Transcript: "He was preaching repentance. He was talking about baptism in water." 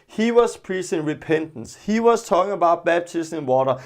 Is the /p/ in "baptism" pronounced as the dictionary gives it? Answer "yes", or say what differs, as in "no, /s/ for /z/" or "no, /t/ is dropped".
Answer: no, /b/ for /p/